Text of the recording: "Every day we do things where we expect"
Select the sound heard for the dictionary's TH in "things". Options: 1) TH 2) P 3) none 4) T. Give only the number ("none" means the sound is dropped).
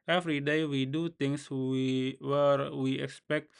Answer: 4